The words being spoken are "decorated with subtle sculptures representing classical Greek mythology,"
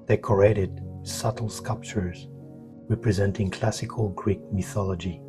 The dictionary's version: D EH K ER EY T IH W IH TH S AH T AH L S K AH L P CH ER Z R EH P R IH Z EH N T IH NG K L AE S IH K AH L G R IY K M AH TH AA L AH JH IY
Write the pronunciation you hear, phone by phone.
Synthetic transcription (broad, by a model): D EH K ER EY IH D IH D S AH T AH L S K AH L P CH ER Z R EH P R IH Z EH N T IH NG K L AE S IH K AH L G R IY K M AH TH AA L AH JH IY